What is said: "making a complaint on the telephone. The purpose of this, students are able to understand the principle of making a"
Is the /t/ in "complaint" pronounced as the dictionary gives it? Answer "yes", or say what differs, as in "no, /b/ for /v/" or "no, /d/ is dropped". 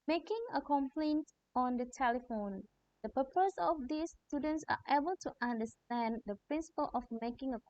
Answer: yes